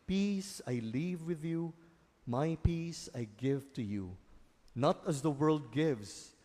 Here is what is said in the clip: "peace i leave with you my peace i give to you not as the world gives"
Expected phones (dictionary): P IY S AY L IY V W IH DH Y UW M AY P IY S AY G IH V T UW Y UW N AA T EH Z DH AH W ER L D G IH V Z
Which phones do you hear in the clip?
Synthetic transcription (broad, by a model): P IY S AY L IY V W IH DH Y UW M AY P IY S AY G IH V T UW Y UW N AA T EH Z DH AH W ER L D G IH V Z